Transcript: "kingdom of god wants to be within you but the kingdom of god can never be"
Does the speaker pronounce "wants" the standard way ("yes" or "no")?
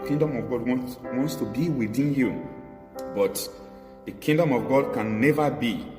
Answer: yes